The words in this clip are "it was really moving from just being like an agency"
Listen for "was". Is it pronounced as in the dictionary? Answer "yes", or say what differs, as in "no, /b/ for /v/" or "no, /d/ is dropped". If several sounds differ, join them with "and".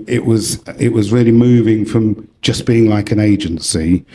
yes